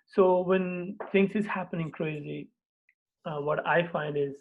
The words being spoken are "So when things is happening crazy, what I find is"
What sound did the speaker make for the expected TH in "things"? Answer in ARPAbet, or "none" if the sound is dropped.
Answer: T